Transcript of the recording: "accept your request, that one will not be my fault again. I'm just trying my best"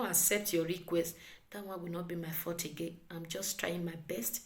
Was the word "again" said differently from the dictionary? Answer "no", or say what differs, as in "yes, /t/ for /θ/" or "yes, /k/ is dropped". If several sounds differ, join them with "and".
yes, /n/ is dropped